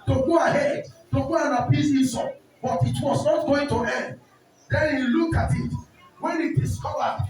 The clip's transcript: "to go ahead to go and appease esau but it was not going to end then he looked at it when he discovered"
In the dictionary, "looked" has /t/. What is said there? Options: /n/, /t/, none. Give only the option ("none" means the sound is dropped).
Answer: none